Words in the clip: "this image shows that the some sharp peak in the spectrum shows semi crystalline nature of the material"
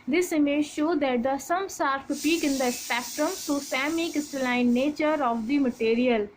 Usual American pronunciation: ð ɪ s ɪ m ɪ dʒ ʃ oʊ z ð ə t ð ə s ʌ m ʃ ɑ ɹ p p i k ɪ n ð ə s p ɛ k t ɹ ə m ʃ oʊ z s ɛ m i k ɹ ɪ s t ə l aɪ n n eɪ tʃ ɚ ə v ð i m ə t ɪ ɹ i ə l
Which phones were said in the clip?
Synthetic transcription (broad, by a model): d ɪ s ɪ m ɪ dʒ ʃ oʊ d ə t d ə s ʌ m s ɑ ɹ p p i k ɪ n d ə s p ɛ k t ɹ ə m s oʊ s ɛ m i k ɪ s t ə l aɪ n n eɪ tʃ ɚ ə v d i m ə t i ɹ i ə l